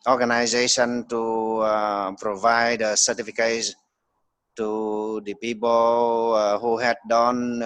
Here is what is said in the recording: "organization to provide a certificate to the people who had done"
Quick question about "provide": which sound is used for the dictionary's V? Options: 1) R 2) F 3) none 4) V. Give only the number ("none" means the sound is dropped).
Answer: 4